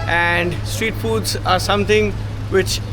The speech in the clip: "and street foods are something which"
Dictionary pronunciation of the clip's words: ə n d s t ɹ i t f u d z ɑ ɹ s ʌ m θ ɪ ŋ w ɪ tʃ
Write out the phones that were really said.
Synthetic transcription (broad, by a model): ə n d s t ɹ i t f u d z ɑ ɹ s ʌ m t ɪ ŋ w ɪ tʃ